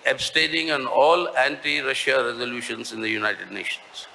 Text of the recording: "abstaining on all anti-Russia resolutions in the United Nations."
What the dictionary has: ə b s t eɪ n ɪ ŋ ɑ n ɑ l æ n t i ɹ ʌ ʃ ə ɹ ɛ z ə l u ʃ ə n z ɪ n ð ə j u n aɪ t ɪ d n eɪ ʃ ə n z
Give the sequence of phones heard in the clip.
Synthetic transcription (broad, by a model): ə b s t eɪ n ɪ ŋ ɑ n ɑ l æ n t i ɹ ʌ ʃ ə ɹ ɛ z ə l u ʃ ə n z ɪ n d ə j u n aɪ t ɪ d n eɪ ʃ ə n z